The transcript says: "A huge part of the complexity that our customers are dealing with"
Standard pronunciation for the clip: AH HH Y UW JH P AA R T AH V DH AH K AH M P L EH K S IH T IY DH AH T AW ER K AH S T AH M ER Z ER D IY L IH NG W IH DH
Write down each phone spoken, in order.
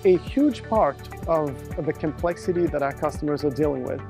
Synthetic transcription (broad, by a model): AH HH Y UW JH P AA R T AH V DH AH K AH M P L EH K S IH T IY DH AH T AW ER K AH S T AH M ER Z ER D IY L IH NG W IH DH